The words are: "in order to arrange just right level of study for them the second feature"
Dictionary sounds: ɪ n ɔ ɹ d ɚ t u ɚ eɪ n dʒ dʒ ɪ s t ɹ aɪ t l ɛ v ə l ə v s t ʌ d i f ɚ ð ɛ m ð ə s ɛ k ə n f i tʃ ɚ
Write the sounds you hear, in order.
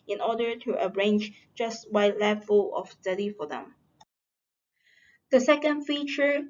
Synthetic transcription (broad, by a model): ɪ n ɔ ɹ d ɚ t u ɚ eɪ n dʒ dʒ ɪ s t w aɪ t l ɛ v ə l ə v s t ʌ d i f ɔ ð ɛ m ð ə s ɛ k ə n f i tʃ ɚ